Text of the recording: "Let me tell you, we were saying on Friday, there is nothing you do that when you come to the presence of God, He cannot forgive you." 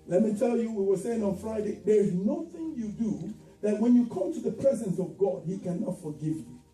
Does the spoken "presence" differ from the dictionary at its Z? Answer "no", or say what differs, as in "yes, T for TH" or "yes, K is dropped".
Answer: no